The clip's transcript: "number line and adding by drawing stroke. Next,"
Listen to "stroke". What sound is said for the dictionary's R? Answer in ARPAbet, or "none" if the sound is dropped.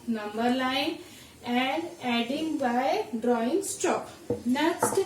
none